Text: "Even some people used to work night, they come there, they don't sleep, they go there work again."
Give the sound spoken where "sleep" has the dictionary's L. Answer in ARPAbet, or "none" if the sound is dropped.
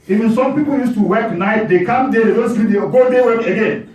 none